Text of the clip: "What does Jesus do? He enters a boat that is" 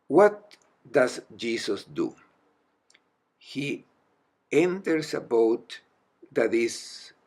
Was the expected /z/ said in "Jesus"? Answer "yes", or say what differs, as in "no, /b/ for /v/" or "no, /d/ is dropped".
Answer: no, /s/ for /z/